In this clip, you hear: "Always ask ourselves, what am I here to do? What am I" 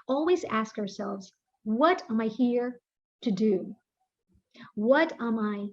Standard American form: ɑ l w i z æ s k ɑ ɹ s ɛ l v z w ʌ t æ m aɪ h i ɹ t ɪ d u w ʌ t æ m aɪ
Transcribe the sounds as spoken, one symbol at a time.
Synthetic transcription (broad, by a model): ɑ l w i z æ s k ɑ ɹ s ɛ l v z w ʌ t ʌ m aɪ h i ɹ t ɪ d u w ʌ t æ m aɪ